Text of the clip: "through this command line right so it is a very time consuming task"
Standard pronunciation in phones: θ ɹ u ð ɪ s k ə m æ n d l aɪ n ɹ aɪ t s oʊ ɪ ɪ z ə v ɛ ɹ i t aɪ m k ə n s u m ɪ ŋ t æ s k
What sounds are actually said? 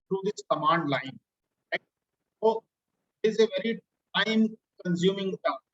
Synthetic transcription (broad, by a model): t ɹ u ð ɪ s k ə m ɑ n d l aɪ n l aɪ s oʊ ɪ ɪ z ə v ɛ ɹ i t aɪ m k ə n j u m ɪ ŋ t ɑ